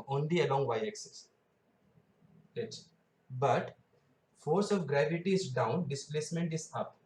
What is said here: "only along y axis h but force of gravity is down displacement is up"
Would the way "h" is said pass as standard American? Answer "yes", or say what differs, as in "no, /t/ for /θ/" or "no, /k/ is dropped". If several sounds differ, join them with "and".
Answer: no, /s/ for /tʃ/